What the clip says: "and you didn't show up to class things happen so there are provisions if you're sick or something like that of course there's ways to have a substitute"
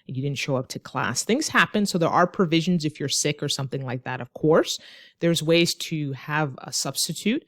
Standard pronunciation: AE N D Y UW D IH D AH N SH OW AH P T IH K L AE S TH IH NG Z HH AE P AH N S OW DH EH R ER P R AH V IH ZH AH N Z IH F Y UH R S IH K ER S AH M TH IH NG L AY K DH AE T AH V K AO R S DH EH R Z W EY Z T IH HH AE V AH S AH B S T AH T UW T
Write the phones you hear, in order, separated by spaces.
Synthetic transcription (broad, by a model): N Y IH D IH D N SH OW AH P T IH K L AE S TH IH NG Z HH AE P AH N S OW DH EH R ER P R AH V IH ZH AH N Z IH F Y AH R S IH K ER S AH M TH IH NG L AY K DH AE T AH V K AO R S DH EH R Z W EY Z T IH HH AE V AH S AH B S T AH T UW T